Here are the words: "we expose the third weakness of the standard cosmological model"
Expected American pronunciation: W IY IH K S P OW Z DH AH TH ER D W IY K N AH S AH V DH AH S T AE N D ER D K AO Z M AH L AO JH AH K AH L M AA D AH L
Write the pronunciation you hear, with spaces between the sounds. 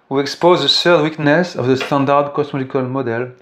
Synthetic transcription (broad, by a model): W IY IH K S P OW Z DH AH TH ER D W IY K N AH S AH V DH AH S T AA N D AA D K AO S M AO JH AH K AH L M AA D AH L